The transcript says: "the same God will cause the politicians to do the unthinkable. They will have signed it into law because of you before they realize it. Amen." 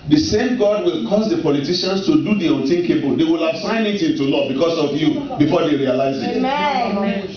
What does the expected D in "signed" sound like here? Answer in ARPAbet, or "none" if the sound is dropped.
none